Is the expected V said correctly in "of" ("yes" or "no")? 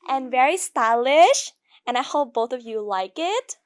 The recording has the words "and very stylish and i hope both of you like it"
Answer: yes